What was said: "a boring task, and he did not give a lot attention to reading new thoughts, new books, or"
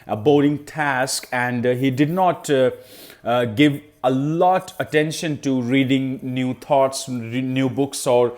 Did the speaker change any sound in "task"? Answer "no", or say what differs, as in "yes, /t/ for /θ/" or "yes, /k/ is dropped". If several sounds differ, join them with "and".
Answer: no